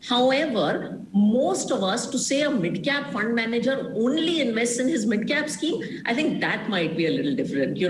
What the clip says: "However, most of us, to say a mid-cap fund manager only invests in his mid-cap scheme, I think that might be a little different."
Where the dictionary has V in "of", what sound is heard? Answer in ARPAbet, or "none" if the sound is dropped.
V